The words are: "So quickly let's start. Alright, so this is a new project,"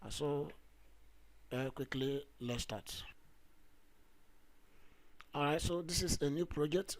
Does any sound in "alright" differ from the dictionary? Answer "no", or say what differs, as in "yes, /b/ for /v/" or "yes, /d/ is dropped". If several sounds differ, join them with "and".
yes, /l/ is dropped